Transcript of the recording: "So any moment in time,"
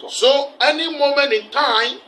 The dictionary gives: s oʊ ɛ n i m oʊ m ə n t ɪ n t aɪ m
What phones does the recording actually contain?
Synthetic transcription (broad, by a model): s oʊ ɛ n i m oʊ m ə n ɪ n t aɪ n